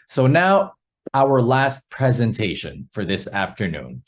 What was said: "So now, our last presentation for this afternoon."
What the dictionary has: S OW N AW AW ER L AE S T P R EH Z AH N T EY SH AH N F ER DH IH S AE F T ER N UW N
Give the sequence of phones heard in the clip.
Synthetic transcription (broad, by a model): S OW N AW AW ER L AE S T P R EH Z AH N T EY SH AH N F ER DH IH S AE F T ER N UW N